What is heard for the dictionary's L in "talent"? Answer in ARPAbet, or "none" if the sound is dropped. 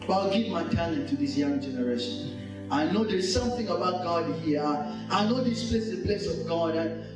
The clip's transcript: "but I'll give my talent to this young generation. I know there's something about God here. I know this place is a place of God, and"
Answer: N